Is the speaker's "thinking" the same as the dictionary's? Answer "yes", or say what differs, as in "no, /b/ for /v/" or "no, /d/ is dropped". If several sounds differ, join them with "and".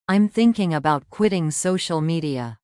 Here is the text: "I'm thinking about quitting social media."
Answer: yes